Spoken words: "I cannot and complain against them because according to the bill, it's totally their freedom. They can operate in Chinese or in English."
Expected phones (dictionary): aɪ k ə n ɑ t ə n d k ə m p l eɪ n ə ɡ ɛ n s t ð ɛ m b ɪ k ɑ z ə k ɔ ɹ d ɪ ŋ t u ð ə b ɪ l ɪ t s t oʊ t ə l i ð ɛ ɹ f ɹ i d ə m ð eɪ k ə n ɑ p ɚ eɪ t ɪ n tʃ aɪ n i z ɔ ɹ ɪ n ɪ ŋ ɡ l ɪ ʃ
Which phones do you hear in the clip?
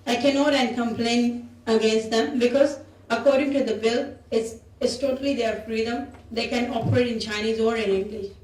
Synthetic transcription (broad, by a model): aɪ k ə n ɑ t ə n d k ə m p l eɪ n ə ɡ ɛ n s t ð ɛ m b ɪ k ɑ z ə k ɔ ɹ d ɪ ŋ t u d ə b ɪ l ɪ s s t oʊ t ə l i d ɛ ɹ f ɹ i d ə m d eɪ k ə n ɑ p ɚ eɪ t ɪ n tʃ aɪ n i z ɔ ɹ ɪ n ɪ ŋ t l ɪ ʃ